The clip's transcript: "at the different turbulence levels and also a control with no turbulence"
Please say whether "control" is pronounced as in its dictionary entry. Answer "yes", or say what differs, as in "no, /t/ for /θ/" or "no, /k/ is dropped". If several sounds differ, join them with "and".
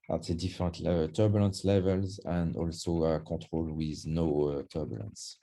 no, /n/ is dropped